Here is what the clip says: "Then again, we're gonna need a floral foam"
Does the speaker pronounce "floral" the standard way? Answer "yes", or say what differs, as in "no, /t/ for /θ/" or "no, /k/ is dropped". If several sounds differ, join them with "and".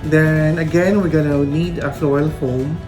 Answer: no, /ɹ/ is dropped